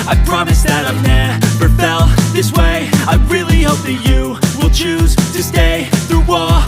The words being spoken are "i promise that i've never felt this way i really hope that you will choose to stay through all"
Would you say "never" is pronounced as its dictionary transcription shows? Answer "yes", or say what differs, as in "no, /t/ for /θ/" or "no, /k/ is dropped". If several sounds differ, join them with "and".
no, /b/ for /v/